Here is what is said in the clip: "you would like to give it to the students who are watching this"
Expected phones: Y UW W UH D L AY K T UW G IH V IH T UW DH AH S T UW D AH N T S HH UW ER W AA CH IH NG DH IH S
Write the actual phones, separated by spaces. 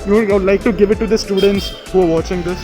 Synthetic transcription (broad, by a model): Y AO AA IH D L AY K T UW G IH V IH T UW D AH S T UW D AH N T S HH UW ER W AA CH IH NG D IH S